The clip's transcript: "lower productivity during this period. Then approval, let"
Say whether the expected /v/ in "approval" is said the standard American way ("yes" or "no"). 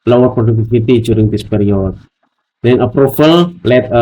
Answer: no